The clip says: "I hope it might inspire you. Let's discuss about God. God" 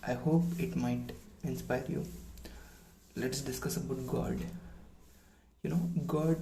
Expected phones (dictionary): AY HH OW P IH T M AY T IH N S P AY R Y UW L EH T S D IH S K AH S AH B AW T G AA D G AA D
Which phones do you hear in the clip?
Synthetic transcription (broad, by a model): AY HH OW P IH T M AY T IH N S P AY R Y UW L EH T S D IH S K AH S AH B AW T G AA D G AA D